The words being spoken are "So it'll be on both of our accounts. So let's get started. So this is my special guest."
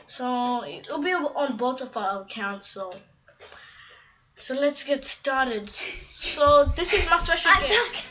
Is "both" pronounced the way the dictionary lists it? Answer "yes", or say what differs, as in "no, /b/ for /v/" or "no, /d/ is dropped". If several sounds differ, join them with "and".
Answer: no, /t/ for /θ/